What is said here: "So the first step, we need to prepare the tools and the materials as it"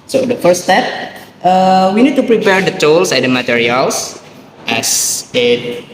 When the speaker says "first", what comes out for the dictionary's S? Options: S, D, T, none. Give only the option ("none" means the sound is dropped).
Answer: none